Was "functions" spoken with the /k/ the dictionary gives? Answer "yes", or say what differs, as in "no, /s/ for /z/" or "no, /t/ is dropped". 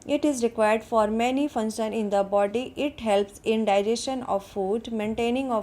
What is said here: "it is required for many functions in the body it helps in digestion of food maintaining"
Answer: no, /k/ is dropped